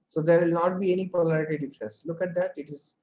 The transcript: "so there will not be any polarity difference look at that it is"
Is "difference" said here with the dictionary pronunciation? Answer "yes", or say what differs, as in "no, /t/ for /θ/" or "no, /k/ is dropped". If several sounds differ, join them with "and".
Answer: no, /n/ is dropped